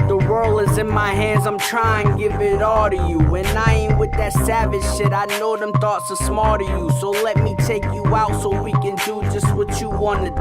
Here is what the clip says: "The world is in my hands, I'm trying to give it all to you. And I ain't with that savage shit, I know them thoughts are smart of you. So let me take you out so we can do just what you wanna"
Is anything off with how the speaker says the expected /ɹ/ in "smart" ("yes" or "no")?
yes